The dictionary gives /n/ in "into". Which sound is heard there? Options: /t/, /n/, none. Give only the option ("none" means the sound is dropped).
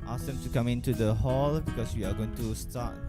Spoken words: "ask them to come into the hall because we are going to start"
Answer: /n/